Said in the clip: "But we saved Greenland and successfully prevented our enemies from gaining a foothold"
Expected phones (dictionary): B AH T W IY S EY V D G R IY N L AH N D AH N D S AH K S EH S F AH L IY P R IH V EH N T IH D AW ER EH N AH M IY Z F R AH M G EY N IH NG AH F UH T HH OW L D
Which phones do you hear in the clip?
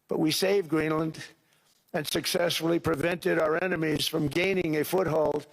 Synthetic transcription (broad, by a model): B AH T W IY S EY V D G R IY N L AH N D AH N S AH K S EH S F L IY P R IH V EH N T IH D AW ER EH N AH M IY Z F R AH M G EY N IH NG AH F UH T HH OW L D